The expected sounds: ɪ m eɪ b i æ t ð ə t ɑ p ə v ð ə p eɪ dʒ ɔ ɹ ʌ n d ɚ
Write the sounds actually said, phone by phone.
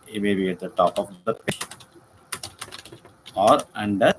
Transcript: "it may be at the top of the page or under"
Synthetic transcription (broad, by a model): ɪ m eɪ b i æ t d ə t ɑ p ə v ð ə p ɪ ʃ ɔ ɹ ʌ n d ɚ